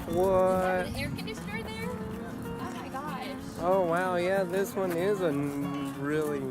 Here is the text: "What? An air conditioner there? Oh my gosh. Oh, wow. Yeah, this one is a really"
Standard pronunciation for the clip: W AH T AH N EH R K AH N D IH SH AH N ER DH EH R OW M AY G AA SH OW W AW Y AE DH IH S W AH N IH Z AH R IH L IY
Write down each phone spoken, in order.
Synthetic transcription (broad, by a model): W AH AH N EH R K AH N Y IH S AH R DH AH R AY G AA OW W AW Y AE DH IH S W AH N IH Z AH R IH L IY